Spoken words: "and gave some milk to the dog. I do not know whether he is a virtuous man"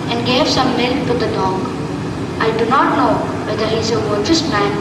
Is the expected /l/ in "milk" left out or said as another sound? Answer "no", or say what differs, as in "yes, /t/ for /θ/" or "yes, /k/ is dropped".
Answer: no